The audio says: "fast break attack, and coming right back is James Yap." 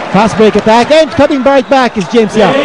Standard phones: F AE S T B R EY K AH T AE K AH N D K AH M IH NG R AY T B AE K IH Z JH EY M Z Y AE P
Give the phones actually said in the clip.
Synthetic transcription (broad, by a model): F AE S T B EY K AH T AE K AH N K AH M IH NG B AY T B AE K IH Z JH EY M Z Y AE